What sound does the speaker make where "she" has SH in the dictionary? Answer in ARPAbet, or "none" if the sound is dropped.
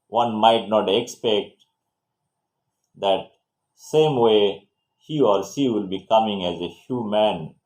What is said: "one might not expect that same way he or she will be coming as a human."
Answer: S